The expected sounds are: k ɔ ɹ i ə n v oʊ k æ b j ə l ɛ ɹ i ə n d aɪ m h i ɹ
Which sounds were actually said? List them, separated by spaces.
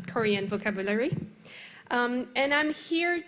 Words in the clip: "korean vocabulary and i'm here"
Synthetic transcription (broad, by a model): k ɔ ɹ i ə n v oʊ k æ b j ə l ɛ ɹ i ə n aɪ m h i ɹ